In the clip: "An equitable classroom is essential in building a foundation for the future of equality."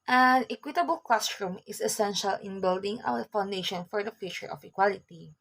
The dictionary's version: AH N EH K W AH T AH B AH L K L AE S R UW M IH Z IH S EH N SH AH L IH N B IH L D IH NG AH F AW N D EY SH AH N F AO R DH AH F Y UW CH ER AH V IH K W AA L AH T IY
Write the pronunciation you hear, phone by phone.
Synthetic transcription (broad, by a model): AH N EH K W AH T AH B AH L K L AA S R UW M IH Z IH S EH N SH AH L IH N B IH L D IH NG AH F AW N D EY SH AH N F AO R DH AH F Y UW CH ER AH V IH K W AA L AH T IY